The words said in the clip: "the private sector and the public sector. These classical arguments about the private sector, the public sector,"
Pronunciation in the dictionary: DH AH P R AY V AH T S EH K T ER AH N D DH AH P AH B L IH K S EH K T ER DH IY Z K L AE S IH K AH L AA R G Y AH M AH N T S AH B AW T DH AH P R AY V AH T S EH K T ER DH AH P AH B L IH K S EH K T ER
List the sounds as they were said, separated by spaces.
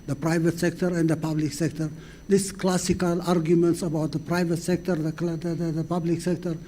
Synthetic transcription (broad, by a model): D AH P R AY V AH T S EH K T ER AH N D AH P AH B L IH K S EH K T ER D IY S K L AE S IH K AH L AA R G Y AH M AH N T S AH B AW T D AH P R AY V AH T S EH K T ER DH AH P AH B L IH K S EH K T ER